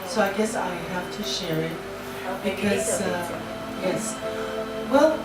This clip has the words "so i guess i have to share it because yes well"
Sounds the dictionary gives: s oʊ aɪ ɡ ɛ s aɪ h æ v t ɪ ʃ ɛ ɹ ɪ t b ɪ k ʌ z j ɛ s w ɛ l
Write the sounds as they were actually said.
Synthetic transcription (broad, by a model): s oʊ aɪ ɡ ɛ s aɪ h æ f t ɪ ʃ ɛ ɹ ɪ t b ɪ k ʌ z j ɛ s w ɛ l